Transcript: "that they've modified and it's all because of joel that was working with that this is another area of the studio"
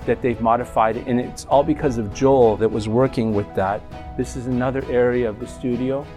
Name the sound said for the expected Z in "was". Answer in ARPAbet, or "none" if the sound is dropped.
Z